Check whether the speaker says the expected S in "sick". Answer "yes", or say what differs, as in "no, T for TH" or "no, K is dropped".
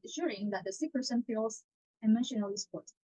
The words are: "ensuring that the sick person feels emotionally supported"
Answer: yes